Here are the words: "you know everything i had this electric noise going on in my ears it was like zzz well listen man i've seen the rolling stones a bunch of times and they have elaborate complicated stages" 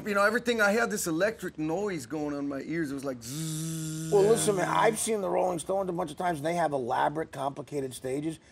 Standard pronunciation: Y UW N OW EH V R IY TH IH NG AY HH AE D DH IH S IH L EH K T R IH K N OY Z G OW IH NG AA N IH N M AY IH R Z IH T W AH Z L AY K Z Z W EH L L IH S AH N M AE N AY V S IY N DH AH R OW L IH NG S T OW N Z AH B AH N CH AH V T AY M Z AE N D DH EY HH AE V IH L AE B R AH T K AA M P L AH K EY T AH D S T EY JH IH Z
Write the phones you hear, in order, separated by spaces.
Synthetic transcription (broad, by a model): Y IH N OW EH V R IY TH IH NG AY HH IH D DH IH S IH L EH K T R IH K N OY Z G OW IH NG IH N M AY IH R Z IH T W AH Z L AY K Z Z W EH L L IH S AH N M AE AY V S IY N DH AH R OW L IH NG S T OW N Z AH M AH N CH AH V T AY M Z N DH EY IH V IH L AE B R AH T K AA M P L AH K EY T AH D S T EY JH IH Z